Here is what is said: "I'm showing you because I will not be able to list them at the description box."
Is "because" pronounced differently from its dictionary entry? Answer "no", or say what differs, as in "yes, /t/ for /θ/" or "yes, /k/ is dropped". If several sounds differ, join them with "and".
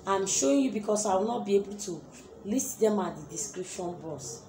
yes, /s/ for /z/